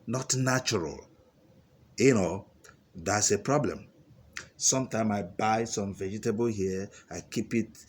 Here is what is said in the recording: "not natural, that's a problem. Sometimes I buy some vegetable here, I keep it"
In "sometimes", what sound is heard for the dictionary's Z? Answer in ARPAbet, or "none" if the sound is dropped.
none